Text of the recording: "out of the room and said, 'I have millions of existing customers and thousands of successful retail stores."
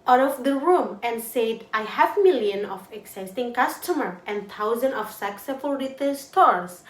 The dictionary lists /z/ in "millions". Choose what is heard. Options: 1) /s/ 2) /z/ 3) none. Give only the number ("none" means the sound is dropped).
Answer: 3